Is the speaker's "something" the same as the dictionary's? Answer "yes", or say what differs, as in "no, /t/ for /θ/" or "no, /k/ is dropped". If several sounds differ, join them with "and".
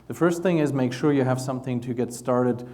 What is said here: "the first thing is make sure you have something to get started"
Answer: yes